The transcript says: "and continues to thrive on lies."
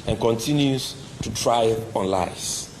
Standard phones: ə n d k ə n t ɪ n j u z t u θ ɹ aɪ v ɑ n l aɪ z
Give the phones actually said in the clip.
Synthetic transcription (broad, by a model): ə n k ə n t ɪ n j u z t u t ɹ aɪ ɑ n l aɪ